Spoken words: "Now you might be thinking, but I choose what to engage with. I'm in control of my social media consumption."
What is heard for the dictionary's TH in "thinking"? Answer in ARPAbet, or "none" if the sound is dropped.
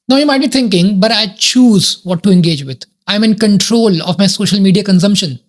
T